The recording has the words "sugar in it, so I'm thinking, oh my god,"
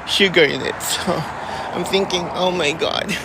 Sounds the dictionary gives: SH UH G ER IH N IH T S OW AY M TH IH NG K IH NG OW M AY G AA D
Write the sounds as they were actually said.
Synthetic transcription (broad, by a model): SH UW G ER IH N IH T S OW AY M TH IH NG K IH NG OW M AY G AA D